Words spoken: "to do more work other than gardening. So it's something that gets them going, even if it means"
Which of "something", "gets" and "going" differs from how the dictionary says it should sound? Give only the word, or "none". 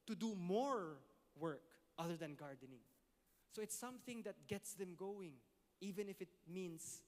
none